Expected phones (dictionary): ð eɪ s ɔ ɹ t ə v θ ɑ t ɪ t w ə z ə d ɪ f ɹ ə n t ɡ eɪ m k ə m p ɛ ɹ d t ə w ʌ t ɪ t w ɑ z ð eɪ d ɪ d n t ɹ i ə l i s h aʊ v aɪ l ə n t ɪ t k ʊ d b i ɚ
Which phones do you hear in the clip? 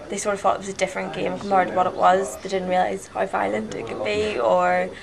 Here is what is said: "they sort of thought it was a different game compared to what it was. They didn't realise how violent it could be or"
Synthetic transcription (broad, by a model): ð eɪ s ɔ ɹ t ə v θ ɑ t ɪ t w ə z ə d ɪ f ɹ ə n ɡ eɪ m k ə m ɑ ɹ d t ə w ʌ t ɪ t w ɑ z ð eɪ d ɪ d n t ɹ i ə l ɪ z h aʊ f aɪ l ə n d ɪ t k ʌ d b i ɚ